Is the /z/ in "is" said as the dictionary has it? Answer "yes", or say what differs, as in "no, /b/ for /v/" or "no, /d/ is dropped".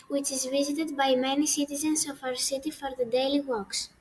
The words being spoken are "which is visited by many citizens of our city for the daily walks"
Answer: yes